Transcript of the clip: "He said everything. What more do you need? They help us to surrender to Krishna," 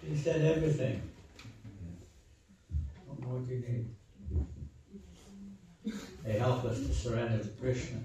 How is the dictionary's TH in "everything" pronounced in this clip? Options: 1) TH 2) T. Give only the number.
1